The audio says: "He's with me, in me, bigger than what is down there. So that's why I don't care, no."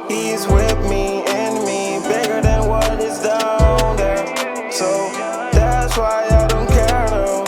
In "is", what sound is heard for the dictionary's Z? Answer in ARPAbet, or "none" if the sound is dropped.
Z